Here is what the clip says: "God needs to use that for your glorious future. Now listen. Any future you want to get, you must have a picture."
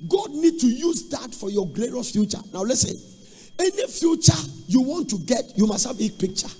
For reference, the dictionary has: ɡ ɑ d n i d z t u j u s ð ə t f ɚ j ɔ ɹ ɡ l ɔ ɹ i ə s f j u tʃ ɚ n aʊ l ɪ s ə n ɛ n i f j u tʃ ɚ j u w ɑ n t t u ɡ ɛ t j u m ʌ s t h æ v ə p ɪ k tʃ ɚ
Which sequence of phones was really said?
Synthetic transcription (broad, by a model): ɡ ɑ d n i d t u j u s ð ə t f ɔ j ɔ ɡ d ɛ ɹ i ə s f j u tʃ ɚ n aʊ l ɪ s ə n ɛ n i f j u tʃ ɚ j u w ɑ n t t u ɡ ɛ t j u m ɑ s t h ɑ b ə p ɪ k tʃ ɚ